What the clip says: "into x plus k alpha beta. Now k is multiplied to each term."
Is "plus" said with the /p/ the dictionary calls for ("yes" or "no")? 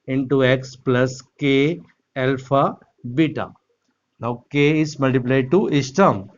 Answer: yes